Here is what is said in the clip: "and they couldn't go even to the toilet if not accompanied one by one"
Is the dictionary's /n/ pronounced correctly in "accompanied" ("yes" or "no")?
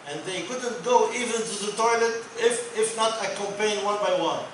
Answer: no